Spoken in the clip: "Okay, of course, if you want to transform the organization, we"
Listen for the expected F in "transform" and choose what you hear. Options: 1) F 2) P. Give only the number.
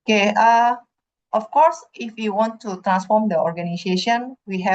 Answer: 1